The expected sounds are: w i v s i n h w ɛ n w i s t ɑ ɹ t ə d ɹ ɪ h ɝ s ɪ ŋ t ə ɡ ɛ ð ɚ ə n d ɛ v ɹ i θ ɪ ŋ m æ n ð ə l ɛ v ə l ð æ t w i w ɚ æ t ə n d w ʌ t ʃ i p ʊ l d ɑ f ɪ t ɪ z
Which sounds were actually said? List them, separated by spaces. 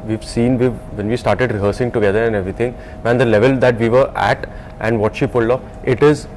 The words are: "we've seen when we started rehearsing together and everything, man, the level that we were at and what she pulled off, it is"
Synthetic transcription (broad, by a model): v i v s i n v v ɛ n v i s t ɑ ɹ t ə d ɹ ɪ h ɝ s ɪ ŋ t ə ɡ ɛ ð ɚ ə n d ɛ v ɹ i t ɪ ŋ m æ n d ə l ɛ v ə l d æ t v i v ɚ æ t ə n d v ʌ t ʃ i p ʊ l ɑ ɪ t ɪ z